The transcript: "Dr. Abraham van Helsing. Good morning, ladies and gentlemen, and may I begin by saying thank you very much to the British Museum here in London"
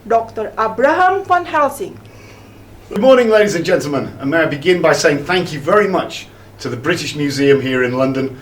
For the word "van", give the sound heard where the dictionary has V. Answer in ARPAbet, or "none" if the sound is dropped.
F